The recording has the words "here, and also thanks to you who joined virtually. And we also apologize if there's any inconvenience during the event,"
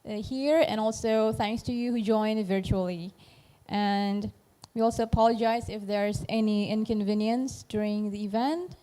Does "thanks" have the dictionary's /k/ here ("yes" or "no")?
yes